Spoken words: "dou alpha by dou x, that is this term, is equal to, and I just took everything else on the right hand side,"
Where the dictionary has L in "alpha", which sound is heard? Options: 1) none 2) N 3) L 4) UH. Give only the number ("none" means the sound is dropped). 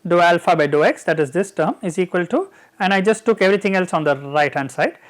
3